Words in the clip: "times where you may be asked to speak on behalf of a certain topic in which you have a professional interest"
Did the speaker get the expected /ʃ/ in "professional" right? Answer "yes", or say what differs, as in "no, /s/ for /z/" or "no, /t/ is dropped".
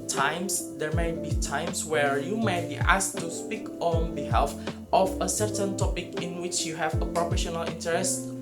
yes